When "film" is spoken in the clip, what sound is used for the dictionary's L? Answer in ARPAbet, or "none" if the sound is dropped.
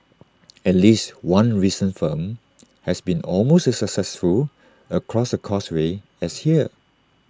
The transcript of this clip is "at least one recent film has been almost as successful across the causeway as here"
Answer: none